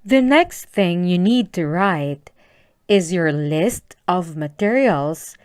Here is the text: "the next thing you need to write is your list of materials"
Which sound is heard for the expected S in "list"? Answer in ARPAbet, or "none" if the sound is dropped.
S